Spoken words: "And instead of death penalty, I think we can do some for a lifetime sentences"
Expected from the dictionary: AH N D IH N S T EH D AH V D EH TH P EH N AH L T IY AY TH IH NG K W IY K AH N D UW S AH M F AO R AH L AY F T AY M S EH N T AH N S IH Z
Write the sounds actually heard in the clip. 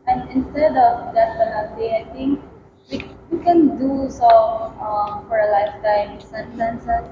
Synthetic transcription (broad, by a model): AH N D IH N S T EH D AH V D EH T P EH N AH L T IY AY T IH NG K W IY K AH N D UW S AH M F AO R AH L AY F T AY M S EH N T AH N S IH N